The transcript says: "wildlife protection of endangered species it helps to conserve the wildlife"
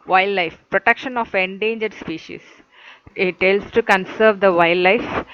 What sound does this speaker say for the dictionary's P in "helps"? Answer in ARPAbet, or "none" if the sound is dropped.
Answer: none